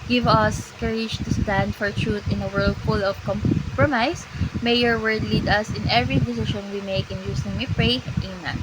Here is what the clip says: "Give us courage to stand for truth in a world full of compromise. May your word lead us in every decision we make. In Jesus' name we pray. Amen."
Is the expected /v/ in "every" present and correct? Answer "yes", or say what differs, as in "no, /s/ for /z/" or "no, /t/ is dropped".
yes